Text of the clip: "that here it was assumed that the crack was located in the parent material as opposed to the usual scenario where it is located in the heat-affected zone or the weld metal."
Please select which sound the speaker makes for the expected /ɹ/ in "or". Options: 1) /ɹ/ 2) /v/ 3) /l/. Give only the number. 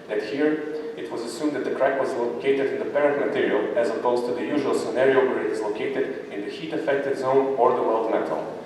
1